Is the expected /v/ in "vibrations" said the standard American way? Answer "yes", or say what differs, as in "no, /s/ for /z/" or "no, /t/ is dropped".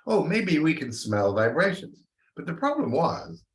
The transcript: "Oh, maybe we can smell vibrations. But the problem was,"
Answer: yes